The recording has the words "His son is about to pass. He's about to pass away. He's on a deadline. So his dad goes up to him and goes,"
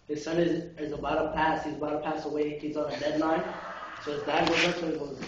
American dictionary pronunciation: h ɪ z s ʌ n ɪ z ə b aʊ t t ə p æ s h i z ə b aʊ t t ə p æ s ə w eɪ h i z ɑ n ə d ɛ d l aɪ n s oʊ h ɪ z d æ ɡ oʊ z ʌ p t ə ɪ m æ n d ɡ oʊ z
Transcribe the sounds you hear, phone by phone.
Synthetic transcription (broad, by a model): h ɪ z s ʌ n ɪ z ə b aʊ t t ə p æ s h i z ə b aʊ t t ə p æ s ə w eɪ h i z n ə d ɛ d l aɪ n s oʊ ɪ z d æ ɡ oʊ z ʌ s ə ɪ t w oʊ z